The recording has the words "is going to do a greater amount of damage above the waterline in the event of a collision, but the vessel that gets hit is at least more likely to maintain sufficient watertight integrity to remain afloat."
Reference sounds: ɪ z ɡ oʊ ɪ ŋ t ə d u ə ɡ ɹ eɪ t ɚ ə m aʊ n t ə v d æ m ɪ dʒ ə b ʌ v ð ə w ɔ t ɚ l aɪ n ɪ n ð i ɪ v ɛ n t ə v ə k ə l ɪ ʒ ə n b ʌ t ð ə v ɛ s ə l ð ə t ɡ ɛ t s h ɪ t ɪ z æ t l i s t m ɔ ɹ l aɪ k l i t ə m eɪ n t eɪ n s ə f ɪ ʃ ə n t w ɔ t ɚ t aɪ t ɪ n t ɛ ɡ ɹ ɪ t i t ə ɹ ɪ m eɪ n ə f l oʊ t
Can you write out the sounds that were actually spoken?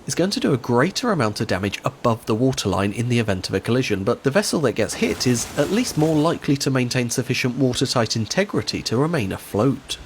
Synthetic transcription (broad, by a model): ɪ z ɡ oʊ ɪ ŋ t ə d ə ɡ ɹ eɪ t ɚ ə m aʊ n t ə v d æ m ɪ dʒ ə b ʌ v ð ə w ɔ t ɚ l aɪ n ɪ n ð i ɪ v ɛ n t ə v ə k ə l ɪ ʒ ə n b ʌ t ð ə v ɛ s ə l ð ə t ɡ ɛ t s h ɪ t ɪ z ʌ t l i s t m ɔ ɹ l aɪ k l i t ə m eɪ n t eɪ n s ə f ɪ ʃ ə n t w ɔ t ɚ t aɪ t ɪ n t ɛ ɡ ɹ ɪ t i t ə ɹ ɪ m eɪ n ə f l oʊ t